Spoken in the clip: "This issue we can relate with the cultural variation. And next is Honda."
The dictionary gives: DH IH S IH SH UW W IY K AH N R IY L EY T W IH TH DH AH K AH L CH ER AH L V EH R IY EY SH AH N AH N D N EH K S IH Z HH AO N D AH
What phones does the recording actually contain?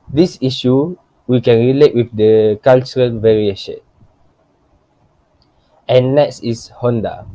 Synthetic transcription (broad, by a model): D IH S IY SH UW W IY K AH N R IY L EY T W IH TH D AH K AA L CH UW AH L V EH R IY EY SH AH N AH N N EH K S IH S HH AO N D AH